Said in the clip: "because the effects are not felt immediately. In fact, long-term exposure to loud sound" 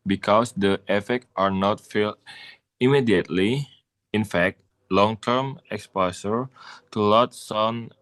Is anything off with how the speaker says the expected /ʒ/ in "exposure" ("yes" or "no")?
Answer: yes